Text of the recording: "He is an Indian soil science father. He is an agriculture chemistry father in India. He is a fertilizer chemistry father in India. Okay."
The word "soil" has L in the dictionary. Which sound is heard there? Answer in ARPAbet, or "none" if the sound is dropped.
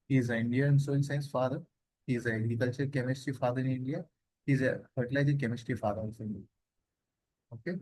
N